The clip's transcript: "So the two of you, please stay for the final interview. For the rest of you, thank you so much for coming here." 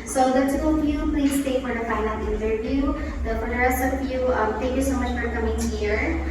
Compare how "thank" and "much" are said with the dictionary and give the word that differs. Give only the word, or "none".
thank